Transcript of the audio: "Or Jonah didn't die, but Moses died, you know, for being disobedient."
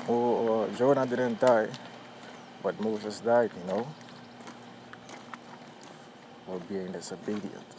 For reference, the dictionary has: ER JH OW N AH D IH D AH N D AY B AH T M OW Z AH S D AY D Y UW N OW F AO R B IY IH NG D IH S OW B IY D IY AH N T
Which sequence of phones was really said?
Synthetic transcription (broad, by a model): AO JH OW N AH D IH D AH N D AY B AH T M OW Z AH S D AY D Y UW N OW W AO L B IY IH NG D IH S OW B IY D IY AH N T